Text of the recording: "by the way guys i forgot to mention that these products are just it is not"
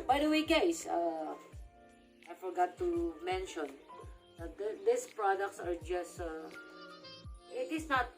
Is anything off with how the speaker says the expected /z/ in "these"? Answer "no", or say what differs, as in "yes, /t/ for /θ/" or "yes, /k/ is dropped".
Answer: yes, /s/ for /z/